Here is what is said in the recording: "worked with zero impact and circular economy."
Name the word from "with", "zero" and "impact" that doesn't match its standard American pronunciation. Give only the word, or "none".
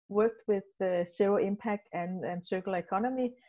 zero